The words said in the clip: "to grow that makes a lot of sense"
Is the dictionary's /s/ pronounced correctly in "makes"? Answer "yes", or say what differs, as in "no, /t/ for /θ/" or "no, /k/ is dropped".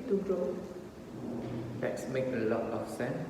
no, /s/ is dropped